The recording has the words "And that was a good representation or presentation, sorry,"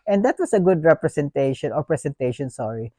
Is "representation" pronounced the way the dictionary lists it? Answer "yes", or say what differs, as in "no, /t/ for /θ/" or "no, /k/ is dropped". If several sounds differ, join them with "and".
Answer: no, /s/ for /z/